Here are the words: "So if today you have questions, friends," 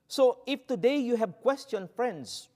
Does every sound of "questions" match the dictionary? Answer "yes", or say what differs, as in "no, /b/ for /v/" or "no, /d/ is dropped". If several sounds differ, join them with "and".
no, /z/ is dropped